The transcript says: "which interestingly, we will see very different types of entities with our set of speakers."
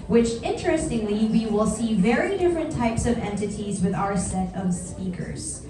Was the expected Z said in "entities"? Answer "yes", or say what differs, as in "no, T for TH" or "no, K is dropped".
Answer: yes